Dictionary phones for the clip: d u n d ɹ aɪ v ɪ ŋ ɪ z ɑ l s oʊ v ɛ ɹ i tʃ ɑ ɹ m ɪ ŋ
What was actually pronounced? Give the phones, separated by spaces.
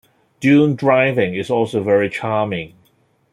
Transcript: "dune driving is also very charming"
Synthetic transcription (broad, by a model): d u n d ɹ aɪ v ɪ ŋ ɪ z ɑ l s oʊ v ɛ ɹ i tʃ ɑ m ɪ ŋ